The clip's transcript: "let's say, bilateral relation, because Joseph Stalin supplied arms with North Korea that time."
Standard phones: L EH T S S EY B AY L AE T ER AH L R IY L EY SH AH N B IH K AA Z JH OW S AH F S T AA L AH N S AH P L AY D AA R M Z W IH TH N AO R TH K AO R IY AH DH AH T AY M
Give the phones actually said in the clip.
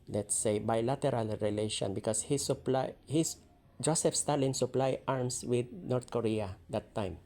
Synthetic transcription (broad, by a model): L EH T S S EY B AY L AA T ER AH L R IY L EY SH AH N B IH K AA S JH OW S AH F S T AA L AH N S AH P L AY AA R M S W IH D N AO R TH K AO R IY AH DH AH T AY M